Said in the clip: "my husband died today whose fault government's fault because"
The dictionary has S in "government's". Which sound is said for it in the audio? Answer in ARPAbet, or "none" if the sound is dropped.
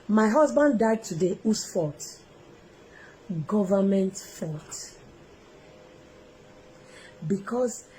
none